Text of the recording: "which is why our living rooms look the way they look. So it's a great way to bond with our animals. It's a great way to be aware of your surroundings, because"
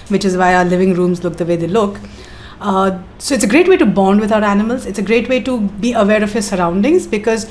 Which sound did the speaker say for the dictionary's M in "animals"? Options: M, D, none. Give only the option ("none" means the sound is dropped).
M